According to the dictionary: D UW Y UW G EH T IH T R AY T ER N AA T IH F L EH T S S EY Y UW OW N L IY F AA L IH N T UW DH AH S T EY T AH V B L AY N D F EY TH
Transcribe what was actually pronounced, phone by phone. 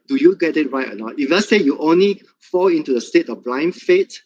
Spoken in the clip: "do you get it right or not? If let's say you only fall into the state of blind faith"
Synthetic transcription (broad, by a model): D UW Y UW G EH T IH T R AY T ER L AA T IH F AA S S EY Y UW OW N L IY F AA L IH N T UW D AH S T EY T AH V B L AY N F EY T